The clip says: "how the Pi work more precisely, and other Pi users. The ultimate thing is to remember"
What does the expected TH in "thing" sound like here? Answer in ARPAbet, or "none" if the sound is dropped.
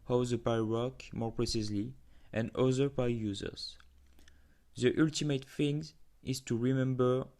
F